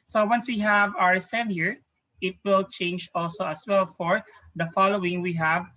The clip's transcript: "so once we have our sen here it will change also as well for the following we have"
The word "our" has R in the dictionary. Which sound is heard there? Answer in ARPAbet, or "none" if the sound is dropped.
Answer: R